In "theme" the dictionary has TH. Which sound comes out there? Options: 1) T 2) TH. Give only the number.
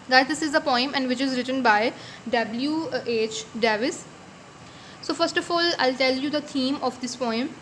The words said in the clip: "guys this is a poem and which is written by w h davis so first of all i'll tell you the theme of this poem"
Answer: 1